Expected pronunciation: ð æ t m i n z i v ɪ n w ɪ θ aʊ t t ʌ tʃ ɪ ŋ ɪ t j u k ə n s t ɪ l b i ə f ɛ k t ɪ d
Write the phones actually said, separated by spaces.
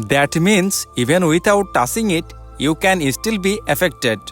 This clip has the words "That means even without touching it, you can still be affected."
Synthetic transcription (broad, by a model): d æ t m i n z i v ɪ n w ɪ t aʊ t t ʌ s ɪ ŋ ɪ t j u k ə n s t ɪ l b i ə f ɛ k t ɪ d